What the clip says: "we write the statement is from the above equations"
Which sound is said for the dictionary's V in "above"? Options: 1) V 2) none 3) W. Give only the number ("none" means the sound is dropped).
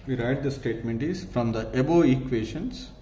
2